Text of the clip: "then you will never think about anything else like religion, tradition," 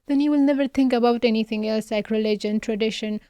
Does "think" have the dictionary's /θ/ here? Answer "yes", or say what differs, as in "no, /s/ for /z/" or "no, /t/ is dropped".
no, /t/ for /θ/